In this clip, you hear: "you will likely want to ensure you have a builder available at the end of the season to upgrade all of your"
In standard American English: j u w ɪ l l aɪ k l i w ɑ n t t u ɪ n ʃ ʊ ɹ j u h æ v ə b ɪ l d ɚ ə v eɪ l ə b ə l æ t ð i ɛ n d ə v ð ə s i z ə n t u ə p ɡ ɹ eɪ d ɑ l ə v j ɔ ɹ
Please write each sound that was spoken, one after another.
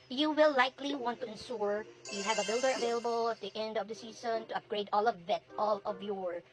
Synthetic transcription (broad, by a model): j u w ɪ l l aɪ k l i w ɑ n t t u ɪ n s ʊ ɹ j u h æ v ə b ɪ l d ɚ ə v eɪ l ə b ə l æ t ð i ɛ n d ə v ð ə s i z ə n t u ə p ɡ ɹ eɪ d ɑ l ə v j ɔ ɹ